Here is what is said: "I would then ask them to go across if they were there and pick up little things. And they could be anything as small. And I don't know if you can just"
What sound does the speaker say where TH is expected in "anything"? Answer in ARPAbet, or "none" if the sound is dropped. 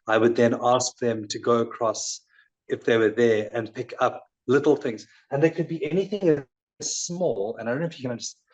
TH